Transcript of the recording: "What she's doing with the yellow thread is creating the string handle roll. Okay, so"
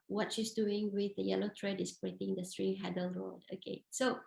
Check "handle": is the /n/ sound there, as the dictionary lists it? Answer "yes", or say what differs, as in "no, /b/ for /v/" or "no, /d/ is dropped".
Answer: no, /n/ is dropped